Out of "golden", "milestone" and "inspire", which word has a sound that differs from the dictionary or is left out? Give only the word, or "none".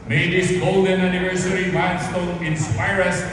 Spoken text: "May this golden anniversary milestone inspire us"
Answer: milestone